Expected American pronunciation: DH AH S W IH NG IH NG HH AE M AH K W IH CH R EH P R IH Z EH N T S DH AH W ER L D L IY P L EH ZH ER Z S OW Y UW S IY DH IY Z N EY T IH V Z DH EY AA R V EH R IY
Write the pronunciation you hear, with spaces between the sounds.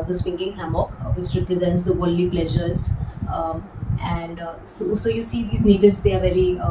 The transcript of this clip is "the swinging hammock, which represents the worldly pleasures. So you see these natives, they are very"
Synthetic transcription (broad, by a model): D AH S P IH NG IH NG HH AE M AH K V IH CH R EH P R IH Z EH N T S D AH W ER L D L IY P L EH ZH ER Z S OW Y UW S IY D IY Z N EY T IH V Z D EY AA R V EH R IY